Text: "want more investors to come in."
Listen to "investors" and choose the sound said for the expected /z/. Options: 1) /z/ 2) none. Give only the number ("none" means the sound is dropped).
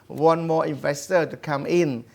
2